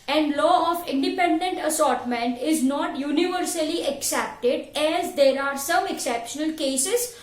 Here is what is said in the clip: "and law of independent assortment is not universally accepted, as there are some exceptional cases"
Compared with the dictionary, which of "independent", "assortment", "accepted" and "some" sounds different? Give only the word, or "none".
none